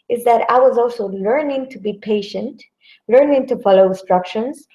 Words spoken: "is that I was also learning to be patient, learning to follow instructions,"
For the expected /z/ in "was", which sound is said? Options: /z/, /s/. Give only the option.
/z/